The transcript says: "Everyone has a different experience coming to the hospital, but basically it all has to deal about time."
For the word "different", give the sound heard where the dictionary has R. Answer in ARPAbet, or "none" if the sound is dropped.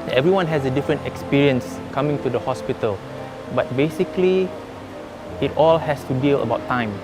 R